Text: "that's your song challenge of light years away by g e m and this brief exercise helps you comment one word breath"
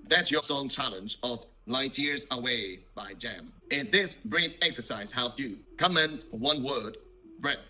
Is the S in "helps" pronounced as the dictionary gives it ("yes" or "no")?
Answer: no